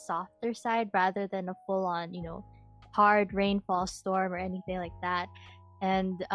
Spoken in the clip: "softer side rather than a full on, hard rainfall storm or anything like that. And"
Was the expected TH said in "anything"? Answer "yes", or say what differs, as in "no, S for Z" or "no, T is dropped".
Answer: yes